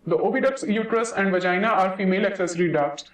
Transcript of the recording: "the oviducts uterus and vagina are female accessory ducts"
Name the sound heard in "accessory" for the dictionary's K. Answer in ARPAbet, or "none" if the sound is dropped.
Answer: K